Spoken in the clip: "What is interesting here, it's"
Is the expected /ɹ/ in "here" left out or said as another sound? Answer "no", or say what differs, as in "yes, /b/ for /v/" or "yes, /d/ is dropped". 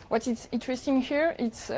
no